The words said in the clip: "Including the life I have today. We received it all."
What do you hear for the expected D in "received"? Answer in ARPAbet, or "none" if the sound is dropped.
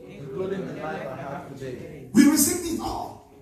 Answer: none